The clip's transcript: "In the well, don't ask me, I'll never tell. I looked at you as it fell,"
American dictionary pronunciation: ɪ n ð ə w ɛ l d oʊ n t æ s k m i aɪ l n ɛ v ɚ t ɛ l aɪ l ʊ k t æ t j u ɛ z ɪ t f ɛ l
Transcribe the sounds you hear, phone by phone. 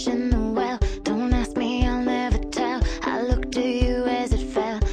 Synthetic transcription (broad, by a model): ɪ n ð ə w ɛ l d oʊ n t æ s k m i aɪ l n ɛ v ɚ t ɛ l aɪ l ʊ k t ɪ j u z ɪ t f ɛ l